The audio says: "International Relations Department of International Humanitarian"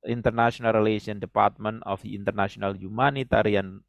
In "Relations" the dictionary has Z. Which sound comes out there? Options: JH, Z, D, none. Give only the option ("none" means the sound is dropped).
none